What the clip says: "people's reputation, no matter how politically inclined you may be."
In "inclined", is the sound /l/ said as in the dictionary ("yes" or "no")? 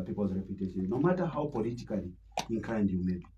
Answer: no